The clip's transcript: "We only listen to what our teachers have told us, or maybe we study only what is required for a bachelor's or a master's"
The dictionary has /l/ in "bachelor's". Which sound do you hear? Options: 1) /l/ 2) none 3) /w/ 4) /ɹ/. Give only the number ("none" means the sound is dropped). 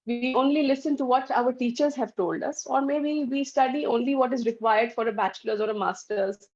1